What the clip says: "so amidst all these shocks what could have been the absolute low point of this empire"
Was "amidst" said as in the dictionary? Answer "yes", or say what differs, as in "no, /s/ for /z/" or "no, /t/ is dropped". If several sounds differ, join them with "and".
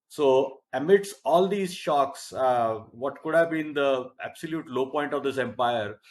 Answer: no, /t/ is dropped